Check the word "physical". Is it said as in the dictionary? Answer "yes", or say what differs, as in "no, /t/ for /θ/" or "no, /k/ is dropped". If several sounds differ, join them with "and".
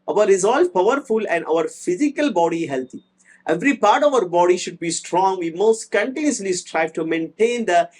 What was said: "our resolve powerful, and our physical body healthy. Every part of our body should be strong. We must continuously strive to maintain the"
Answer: yes